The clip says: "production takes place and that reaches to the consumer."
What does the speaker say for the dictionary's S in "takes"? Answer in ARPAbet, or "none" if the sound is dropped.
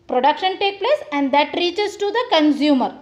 none